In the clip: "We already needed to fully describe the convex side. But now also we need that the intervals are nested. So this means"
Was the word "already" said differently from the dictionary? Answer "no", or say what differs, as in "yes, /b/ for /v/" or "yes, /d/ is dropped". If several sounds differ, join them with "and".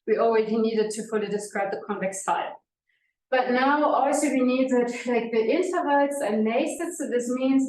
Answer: yes, /w/ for /ɹ/